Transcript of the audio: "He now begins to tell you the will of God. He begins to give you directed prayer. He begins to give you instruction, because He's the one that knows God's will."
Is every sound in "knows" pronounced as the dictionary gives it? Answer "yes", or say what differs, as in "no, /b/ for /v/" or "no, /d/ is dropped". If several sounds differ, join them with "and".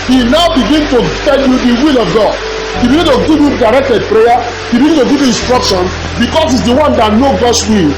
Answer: no, /z/ is dropped